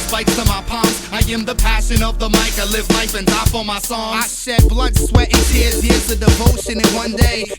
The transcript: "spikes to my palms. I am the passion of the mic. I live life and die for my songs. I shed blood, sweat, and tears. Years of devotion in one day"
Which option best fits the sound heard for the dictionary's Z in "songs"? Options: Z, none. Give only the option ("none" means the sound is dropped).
none